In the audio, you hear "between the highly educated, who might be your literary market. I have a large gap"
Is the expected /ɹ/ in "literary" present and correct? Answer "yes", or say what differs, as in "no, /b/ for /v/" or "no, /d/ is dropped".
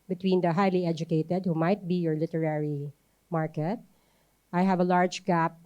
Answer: yes